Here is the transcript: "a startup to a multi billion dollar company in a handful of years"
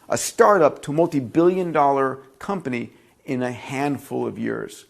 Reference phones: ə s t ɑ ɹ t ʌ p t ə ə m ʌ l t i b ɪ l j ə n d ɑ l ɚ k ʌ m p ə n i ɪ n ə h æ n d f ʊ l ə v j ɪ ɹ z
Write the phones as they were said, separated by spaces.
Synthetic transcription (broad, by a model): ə s t ɑ ɹ t ʌ p t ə ə m ʌ l t i b ɪ l j ə n d ɑ l ɚ k ʌ m p ə n i ɪ n ə h æ n d f ʊ l ə v j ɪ ɹ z